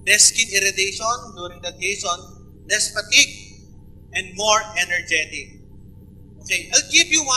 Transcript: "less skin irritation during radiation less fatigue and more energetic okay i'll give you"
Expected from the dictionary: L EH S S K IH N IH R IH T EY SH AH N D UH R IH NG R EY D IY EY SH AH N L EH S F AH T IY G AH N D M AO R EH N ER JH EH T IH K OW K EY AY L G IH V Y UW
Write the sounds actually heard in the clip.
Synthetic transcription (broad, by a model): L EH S S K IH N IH R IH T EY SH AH N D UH R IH NG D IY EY S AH N L EH S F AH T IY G AH N D M AO R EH N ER JH EH T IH K OW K EY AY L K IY P Y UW